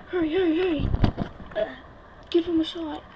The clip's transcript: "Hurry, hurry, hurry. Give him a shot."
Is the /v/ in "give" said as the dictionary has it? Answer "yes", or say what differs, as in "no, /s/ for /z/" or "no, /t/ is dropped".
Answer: no, /f/ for /v/